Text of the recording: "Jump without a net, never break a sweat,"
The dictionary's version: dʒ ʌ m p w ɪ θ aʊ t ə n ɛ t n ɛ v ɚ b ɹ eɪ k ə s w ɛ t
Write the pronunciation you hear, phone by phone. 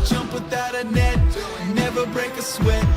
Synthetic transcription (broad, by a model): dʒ ʌ m p w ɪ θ aʊ t ə n ɛ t n ɛ v ɚ b ɹ eɪ k ə s w ɛ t